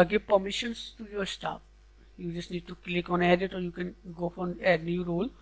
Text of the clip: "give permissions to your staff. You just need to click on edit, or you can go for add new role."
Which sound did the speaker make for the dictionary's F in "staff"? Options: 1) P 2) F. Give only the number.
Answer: 1